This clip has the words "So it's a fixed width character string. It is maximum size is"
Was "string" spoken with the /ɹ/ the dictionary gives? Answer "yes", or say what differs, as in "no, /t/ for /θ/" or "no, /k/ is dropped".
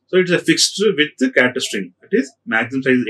yes